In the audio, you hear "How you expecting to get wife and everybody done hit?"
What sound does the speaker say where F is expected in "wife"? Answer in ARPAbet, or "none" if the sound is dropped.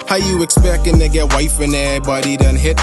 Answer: F